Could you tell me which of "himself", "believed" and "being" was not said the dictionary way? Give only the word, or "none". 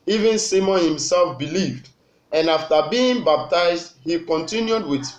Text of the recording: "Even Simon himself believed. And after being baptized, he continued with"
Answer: none